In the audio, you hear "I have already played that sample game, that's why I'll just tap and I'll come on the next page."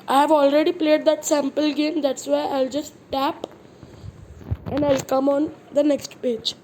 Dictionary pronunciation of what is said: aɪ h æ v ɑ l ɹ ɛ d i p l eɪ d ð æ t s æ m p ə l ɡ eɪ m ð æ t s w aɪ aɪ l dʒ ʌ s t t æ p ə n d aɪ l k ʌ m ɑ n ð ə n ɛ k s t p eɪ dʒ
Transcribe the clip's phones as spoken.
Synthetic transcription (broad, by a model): aɪ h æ v ɑ l ɹ ɛ d i p l eɪ d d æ t s æ m p ə l ɡ eɪ m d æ t s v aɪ aɪ l dʒ ʌ s t t æ p ə n d aɪ l k ʌ m ɑ n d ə n ɛ k s t p eɪ dʒ